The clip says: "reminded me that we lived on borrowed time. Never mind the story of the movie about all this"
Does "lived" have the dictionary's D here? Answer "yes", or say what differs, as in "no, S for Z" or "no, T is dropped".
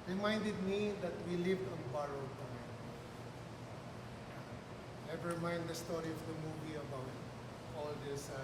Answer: yes